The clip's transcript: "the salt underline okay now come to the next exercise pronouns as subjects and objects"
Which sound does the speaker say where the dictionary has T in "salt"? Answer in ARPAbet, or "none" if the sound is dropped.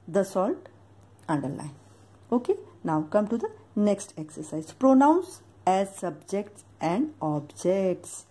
T